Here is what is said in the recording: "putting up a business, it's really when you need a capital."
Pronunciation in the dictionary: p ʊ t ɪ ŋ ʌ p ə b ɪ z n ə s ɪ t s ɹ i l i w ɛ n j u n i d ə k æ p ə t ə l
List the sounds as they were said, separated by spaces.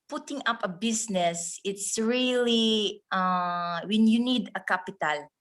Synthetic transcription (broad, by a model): p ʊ t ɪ ŋ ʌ p ə b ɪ s n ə s ɪ t s ɹ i l i w ɛ n j u n i d ə k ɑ p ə t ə l